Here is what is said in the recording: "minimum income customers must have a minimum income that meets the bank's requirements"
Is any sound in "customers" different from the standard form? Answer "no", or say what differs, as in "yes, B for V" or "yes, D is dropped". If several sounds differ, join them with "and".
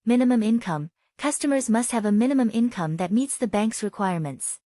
no